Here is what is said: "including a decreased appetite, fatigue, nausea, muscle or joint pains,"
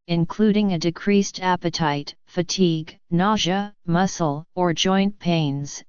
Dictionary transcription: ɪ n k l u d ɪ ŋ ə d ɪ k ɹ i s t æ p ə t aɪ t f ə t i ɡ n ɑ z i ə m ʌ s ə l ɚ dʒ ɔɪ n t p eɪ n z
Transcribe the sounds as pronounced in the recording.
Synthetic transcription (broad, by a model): ɪ n k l u d ɪ ŋ ə d ɪ k ɹ i s t æ p ə t aɪ t f ə t i ɡ n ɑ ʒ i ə m ʌ s l ɚ dʒ ɔɪ n p eɪ n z